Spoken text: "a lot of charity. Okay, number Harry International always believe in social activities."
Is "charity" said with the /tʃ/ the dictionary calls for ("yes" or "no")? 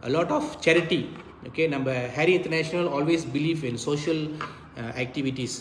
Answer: yes